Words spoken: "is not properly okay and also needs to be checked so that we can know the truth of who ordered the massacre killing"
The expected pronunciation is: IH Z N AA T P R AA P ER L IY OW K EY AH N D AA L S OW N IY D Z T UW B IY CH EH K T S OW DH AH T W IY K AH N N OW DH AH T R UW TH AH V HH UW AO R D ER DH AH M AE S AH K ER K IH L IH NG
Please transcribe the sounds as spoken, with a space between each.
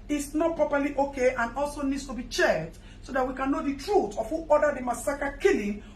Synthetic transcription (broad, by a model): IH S N AA T P R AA P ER L IY OW K EY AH N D AA L S OW N IY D S T UW B IY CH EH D S OW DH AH T W IY K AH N N OW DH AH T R UW T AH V HH UW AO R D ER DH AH M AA S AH K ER K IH L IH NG